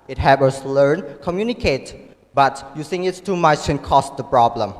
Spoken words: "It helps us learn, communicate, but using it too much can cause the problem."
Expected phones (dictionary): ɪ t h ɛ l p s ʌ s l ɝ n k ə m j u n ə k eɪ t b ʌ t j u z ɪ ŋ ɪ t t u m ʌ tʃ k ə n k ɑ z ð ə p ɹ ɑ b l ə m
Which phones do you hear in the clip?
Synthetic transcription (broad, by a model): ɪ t h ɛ p ʌ s l ɝ n k ə m j u n ə k eɪ t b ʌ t j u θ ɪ ŋ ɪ t t u m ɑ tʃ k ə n k ɑ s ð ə p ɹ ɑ b l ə m